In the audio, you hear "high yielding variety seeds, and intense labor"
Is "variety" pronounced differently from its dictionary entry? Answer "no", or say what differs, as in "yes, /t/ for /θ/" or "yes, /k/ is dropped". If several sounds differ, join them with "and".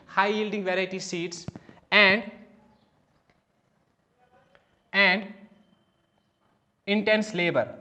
yes, /s/ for /t/